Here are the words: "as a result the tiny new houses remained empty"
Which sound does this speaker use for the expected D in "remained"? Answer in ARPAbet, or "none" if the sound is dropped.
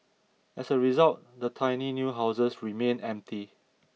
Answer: none